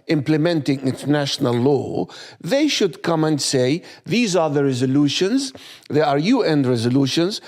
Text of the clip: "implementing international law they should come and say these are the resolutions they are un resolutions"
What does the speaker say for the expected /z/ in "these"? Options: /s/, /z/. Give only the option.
/z/